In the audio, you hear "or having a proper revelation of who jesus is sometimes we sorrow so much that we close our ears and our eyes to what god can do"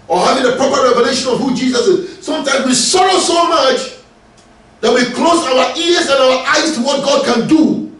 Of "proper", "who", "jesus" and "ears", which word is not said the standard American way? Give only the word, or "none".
none